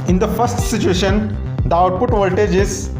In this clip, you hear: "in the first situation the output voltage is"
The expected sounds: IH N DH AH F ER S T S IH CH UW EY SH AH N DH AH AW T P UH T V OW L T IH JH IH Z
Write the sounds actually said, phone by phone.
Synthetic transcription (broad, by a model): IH N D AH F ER S T S IH CH UW EY SH AH N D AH AW T P UH T V OW L T IH JH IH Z